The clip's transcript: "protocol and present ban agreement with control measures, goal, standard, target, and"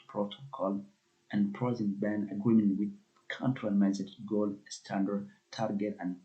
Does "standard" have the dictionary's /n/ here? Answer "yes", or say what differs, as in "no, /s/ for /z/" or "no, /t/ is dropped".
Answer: yes